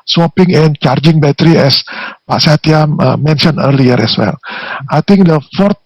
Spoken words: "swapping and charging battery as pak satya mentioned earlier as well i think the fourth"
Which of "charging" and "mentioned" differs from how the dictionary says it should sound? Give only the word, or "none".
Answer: mentioned